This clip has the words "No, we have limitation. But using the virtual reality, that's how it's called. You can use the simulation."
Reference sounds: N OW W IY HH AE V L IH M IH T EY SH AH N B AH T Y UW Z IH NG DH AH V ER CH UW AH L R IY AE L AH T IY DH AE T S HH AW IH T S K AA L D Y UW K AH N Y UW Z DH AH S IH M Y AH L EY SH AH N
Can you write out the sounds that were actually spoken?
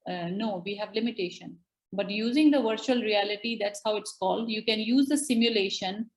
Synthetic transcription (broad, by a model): N OW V IY HH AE V L IH M IH T EY SH AH N B AH T Y UW Z IH NG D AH V ER CH UW AH L R IY AE L AH T IY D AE T S HH AW IH T S K AA L D Y UW K AH N Y UW Z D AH S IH M Y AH L EY SH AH N